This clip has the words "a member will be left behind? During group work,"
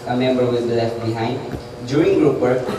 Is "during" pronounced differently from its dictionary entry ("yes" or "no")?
yes